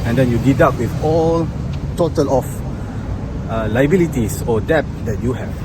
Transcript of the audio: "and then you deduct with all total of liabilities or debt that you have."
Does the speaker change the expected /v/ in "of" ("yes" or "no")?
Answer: yes